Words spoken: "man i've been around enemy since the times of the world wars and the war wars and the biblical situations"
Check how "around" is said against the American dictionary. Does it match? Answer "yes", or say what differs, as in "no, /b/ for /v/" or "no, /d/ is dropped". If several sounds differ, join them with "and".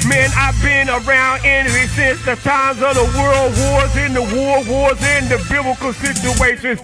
yes